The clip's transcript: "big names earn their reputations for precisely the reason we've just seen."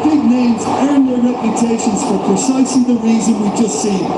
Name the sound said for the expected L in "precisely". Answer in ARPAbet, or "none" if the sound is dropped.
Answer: none